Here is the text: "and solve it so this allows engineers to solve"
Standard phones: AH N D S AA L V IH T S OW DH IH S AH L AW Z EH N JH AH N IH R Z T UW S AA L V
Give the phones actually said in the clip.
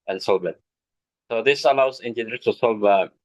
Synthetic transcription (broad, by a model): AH N S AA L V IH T S OW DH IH S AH L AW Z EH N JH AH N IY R T UW S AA L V